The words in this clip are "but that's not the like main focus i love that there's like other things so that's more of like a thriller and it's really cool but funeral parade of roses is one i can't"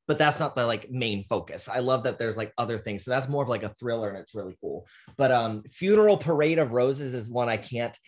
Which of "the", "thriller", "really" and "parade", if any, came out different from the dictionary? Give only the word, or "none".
none